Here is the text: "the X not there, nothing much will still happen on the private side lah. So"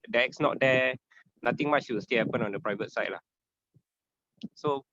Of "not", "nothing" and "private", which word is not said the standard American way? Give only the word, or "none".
nothing